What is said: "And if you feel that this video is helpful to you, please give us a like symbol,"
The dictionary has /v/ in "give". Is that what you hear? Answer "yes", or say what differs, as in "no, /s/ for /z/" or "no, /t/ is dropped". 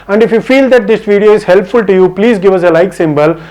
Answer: yes